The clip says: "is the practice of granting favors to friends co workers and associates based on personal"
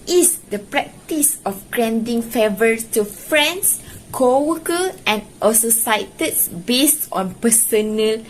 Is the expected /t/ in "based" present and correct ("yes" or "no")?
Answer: yes